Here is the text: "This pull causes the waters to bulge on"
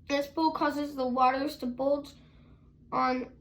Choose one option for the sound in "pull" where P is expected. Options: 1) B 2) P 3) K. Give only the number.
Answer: 1